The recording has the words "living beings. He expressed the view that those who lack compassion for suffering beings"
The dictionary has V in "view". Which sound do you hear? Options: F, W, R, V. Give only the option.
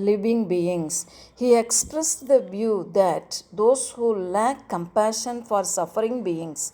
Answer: V